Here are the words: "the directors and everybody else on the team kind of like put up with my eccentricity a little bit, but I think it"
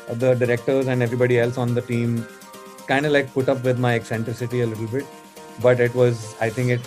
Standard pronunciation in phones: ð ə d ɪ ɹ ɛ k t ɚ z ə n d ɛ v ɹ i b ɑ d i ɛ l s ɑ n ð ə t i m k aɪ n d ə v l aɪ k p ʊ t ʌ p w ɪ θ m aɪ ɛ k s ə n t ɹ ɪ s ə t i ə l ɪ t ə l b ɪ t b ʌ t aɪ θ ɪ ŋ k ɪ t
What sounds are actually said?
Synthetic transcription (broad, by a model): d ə d ɪ ɹ ɛ k t ɚ z ə n d ɛ v ɹ i b ɑ d i ɛ l s ɑ n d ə t i m k aɪ n d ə l aɪ k p ʊ t ʌ p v ɪ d m aɪ ɛ k s ə n t ɹ ɪ s ə t i ə l ɪ t ə l b ɪ t b ʌ t aɪ t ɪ ŋ k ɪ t